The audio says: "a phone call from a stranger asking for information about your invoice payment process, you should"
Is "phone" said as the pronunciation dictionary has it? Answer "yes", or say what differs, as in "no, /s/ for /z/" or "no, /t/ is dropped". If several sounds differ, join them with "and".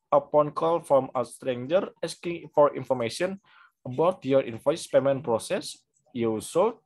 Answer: no, /p/ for /f/